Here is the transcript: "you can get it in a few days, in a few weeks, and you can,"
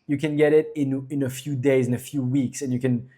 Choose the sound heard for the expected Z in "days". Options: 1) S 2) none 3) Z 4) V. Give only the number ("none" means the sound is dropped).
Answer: 3